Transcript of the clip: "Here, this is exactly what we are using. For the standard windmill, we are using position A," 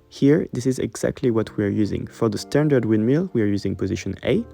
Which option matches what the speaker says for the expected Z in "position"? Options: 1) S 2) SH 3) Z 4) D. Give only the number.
3